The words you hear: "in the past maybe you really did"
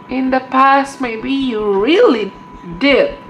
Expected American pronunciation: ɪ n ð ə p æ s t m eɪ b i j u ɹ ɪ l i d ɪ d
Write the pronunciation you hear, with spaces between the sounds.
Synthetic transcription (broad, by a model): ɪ n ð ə p æ s t m eɪ b i j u ɹ ɪ l i d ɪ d